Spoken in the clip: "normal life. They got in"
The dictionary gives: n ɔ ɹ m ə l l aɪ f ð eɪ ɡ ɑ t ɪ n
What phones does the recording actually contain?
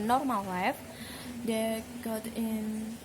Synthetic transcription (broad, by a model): n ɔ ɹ m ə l w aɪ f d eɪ ɡ ɑ t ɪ n